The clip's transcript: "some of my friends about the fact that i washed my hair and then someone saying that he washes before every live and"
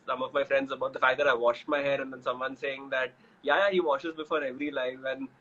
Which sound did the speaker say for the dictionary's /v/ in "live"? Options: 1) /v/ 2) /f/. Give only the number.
2